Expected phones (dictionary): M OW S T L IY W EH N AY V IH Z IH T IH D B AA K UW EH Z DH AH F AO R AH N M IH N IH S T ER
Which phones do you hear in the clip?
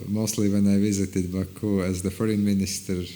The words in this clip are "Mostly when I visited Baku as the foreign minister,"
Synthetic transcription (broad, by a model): M OW S T L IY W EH N AY V IH Z IH T IH D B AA K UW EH Z DH AH F AO R AH N M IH N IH S T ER